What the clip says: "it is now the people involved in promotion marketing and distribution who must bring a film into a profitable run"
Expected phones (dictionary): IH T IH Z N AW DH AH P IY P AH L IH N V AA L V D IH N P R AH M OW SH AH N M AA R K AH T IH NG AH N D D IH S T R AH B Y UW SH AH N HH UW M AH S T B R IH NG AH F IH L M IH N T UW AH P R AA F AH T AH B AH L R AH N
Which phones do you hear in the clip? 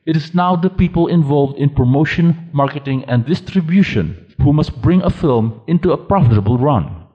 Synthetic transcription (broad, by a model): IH T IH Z N AW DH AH P IY P AH L IH N V AA L V D IH N P R AH M OW SH AH N M AA R K AH T IH NG AH N D D IH S T R AH B Y UW SH AH N HH UW M AH S T B R IH NG AH F IH L M IH N T UW AH P R AA F AH T AH B AH L R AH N